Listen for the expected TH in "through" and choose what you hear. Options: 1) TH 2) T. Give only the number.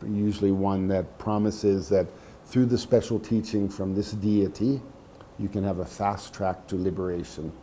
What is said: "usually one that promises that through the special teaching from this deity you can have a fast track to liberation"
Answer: 1